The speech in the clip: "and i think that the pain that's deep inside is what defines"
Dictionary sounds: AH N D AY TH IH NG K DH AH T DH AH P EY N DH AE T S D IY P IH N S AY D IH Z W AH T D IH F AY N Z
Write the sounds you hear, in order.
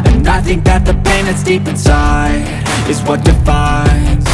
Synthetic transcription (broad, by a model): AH N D AY TH IH NG K DH AH T DH AH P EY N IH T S D IY P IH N S AY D IH Z W AH T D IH F AY N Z